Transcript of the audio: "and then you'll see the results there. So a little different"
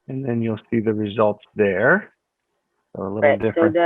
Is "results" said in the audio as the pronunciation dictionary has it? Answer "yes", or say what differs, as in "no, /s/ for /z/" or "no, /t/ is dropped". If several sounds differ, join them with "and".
yes